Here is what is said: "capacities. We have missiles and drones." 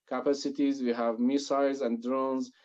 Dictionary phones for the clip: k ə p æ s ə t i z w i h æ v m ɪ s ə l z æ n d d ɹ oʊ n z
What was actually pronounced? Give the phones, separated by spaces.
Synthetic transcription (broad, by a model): k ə p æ s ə t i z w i h æ v m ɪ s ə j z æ n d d ɹ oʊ n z